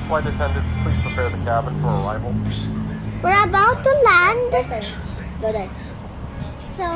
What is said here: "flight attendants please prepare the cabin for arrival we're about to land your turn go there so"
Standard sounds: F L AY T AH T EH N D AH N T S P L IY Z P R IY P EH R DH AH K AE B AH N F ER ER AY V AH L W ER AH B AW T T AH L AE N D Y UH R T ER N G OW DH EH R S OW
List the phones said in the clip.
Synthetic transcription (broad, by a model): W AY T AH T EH N D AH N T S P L IY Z P R IY P EH R DH AH K AE B AH N F ER ER AY V AH L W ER AH B AW T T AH L AE N D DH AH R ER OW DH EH S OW